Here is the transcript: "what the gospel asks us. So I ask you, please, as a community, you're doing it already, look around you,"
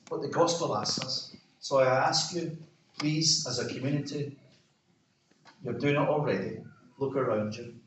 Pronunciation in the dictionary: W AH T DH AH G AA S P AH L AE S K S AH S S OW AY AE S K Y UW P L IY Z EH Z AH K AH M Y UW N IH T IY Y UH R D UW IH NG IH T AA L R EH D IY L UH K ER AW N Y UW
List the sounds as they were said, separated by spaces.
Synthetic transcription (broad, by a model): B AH T DH AH G AA S P AH L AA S S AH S S OW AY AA S K Y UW P L IY Z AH Z AH K AH M Y UW N IH T IY Y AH R D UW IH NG IH T AA L R EH D IY L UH K ER AW N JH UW